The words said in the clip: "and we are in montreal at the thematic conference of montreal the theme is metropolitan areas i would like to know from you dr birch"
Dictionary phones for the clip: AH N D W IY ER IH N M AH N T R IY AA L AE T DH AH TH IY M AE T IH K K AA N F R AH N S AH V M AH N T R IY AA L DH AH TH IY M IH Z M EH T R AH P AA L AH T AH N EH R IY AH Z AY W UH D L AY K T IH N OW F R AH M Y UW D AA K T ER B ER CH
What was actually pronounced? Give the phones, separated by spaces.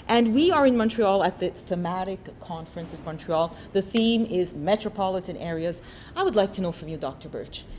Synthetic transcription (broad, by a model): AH N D W IY ER IH N M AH N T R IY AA L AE T DH AH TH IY M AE T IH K K AA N F R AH N S AH V M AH N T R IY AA L DH AH TH IY M IH Z M EH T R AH P AA L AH T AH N EH R IY AH Z AY W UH D L AY K T IH N OW F R AH M Y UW D AA K T ER B ER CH